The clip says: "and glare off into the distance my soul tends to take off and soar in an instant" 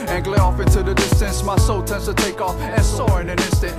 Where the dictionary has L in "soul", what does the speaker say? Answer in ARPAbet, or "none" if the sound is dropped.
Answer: L